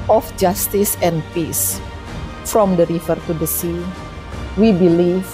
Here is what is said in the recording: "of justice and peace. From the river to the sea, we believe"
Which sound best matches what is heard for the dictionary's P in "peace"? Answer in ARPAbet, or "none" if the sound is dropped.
P